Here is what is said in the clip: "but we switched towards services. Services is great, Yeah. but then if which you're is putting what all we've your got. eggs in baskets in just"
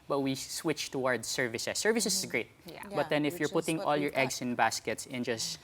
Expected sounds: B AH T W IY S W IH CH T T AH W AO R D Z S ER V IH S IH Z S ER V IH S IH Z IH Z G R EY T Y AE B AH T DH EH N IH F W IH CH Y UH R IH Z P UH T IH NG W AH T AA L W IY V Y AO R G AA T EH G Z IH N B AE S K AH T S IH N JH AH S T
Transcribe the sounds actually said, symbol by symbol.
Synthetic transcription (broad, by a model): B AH T W IY S W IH CH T T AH W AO R D S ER V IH S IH S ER V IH S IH S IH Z G R EY T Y B AH T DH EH N IH F Y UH R P UH T IH NG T AA L Y AO R T EH G S IH N B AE S K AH T S IH N JH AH S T